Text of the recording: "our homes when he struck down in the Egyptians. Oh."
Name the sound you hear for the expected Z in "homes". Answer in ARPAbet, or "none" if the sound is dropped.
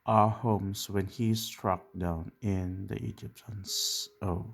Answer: S